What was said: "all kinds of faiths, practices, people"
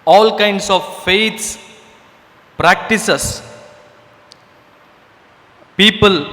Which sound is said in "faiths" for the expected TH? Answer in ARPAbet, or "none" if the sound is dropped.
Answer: T